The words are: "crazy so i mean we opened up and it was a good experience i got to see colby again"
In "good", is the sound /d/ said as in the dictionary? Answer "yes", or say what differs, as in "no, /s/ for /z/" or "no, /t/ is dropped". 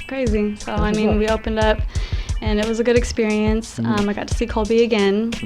yes